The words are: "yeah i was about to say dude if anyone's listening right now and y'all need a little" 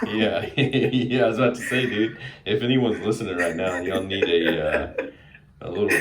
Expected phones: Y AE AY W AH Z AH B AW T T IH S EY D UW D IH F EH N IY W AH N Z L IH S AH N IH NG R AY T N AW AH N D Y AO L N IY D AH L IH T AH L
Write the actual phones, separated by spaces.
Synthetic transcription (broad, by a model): Y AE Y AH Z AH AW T T IH S EY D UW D IH F EH N IY W AH N Z L IH S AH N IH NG R AY T N AW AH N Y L N IY D AH L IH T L